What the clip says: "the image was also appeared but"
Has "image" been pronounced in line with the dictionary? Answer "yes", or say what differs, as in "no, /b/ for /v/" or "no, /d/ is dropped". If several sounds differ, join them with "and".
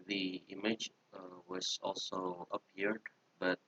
yes